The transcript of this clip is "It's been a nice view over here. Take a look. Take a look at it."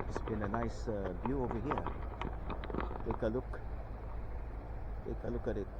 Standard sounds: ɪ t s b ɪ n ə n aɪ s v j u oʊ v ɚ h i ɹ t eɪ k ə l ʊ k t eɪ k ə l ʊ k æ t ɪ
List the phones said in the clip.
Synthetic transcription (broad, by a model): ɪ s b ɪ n ə n aɪ s b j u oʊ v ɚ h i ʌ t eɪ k ə l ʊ k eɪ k ə l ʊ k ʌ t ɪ